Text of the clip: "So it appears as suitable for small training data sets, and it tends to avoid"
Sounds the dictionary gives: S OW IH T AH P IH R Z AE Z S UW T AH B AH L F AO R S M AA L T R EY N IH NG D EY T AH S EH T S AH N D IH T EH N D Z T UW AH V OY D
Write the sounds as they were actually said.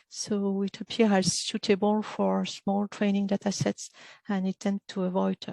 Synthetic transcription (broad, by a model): S OW IH T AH P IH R AE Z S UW T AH B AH L F AO R S M AA L T R EY N IH NG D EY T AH S EH T S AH N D IH T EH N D T UW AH V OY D